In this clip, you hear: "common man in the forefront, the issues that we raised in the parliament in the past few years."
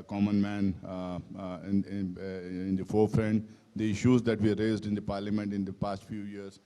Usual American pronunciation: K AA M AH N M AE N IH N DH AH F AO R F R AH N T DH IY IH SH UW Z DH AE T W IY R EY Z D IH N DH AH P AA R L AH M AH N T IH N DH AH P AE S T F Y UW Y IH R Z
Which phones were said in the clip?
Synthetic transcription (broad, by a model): K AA M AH N M AE N IH N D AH F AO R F R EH N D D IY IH SH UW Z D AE T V IY R EY Z D IH N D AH P AA R L AH M AH N T IH N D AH P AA S T F Y UW Y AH R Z